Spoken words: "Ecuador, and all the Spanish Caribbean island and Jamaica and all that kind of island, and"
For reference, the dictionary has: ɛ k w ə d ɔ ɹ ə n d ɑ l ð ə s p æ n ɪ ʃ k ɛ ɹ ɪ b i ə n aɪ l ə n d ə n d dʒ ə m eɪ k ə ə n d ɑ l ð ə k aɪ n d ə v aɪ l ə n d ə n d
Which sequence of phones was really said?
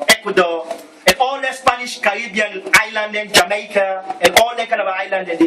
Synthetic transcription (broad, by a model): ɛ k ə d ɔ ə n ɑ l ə s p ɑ n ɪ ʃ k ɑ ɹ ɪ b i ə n aɪ l ə n d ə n dʒ ə m eɪ k ə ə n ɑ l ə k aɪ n ə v aɪ l ə n d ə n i